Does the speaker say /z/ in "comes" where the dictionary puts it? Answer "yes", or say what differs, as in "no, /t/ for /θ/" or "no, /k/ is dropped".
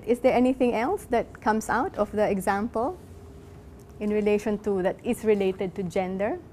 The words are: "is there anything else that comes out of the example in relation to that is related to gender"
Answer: no, /s/ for /z/